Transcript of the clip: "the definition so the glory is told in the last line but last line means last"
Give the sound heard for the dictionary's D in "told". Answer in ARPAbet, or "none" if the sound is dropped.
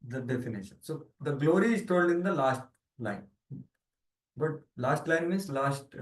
D